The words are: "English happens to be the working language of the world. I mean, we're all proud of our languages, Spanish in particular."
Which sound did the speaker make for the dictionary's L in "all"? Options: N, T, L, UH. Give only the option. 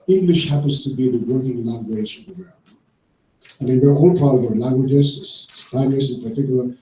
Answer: N